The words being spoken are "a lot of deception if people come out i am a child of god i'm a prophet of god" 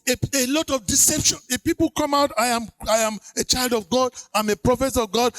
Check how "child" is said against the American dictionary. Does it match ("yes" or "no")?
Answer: yes